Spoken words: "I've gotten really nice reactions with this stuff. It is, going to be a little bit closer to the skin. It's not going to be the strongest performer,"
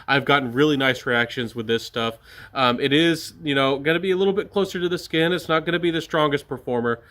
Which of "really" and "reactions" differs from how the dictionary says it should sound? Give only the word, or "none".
none